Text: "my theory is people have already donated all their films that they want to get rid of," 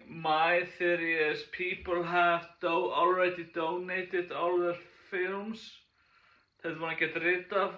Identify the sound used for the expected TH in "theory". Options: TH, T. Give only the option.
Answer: TH